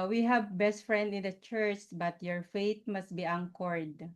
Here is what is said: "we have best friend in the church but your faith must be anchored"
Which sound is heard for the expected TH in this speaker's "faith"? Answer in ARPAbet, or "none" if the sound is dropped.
T